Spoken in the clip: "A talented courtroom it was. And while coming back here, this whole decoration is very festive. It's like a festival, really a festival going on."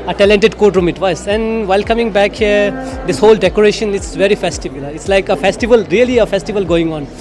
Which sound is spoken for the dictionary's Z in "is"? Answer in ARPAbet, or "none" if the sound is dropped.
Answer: S